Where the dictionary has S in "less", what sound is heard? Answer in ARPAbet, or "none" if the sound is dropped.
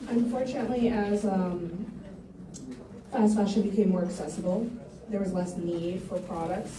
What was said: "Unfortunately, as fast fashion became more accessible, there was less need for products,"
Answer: S